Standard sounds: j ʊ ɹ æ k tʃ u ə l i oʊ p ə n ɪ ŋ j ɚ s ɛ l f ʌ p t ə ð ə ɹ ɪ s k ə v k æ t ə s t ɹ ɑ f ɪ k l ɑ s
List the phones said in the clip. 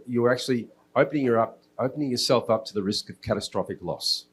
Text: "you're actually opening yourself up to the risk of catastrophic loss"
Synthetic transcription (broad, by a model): j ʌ ɹ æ k tʃ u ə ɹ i oʊ p ə n ɪ ŋ j ɚ s ɛ l f ʌ p t ə ð ə ɹ ɪ s k ə v k æ t ə s t ɹ ɑ f ɪ k l ɑ s